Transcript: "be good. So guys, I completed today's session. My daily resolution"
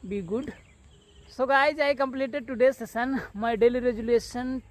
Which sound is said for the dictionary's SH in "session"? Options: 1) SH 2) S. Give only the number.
2